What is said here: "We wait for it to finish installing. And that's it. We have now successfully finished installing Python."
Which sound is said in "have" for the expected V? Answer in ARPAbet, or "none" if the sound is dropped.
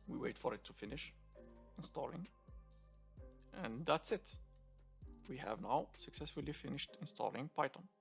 V